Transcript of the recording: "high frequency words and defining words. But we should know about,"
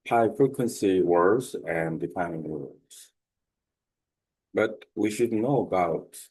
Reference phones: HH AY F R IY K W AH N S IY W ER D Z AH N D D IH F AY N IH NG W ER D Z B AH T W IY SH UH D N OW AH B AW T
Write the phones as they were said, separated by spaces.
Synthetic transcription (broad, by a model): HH AY F R IY K W AH N S IY W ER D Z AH N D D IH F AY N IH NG W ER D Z B AH T W IY SH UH D N OW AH B AW T